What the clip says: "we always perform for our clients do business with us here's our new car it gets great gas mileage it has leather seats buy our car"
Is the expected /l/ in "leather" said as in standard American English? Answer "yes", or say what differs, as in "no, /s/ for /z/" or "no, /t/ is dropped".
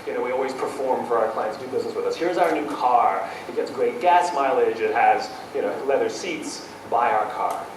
yes